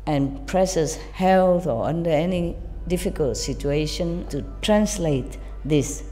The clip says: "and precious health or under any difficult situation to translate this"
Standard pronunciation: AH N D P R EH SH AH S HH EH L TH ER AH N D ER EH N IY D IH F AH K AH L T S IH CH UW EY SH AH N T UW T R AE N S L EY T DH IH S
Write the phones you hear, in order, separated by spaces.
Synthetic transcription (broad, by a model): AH N P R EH S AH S HH EH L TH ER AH N D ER EH N IY D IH F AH K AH L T S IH CH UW EY SH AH N T UW T R AE N S L EY T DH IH S